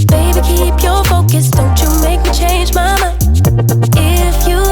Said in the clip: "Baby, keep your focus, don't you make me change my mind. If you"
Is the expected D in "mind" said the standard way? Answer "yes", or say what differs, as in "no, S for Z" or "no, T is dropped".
no, D is dropped